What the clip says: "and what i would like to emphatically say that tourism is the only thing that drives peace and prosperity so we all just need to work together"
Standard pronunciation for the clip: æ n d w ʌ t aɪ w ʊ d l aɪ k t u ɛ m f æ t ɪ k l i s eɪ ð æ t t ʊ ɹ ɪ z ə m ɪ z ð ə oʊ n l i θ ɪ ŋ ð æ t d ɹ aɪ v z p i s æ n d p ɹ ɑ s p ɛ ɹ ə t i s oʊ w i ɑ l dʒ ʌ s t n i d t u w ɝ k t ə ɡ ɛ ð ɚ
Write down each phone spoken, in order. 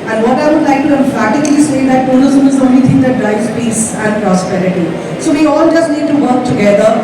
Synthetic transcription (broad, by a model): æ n d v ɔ t aɪ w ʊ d l aɪ k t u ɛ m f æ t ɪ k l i s eɪ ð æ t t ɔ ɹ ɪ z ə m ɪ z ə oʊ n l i t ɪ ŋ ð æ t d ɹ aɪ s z p i s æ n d p ɹ ɑ s p ɛ ɹ ə t i s oʊ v i ɑ l dʒ ʌ s t n i d t u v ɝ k t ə ɡ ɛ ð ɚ